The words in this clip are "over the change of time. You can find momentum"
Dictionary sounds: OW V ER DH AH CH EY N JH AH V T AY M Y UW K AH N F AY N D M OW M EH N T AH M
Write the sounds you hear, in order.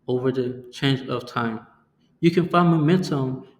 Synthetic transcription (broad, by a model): OW V ER DH AH CH EY N JH AH V T AY M Y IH K AH N F AY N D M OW M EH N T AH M